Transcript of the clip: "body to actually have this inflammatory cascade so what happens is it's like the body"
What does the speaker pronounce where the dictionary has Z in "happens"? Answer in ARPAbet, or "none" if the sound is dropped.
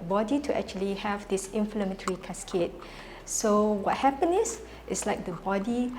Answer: none